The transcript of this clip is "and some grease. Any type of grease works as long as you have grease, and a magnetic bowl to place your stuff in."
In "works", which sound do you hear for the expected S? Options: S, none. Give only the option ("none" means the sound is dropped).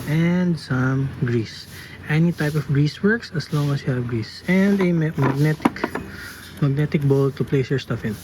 S